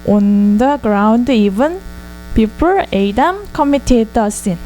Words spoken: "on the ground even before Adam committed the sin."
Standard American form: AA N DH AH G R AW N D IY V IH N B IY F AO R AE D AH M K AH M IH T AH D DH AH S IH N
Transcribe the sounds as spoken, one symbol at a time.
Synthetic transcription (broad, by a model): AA N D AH G R AW N D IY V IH N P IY P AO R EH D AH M K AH M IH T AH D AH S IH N